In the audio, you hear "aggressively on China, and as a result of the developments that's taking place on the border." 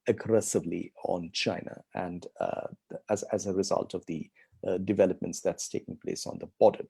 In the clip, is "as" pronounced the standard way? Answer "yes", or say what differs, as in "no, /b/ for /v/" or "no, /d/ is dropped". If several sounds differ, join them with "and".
yes